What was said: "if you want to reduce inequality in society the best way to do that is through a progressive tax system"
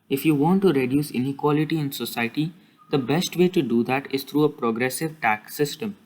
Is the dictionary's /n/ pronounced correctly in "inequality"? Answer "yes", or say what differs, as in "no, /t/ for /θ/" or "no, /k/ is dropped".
yes